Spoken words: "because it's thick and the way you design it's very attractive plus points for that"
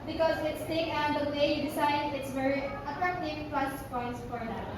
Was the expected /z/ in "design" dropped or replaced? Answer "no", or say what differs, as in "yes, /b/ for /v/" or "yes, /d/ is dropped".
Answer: yes, /s/ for /z/